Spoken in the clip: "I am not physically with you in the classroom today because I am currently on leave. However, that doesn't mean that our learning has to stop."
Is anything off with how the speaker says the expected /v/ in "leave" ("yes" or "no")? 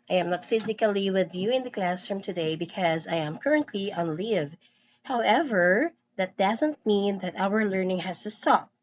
no